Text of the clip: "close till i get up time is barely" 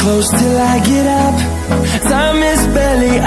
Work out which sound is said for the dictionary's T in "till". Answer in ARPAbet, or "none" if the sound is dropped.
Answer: T